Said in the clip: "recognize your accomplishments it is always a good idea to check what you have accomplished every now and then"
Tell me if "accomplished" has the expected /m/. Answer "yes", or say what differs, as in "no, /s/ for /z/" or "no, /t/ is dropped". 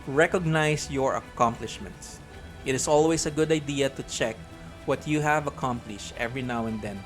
yes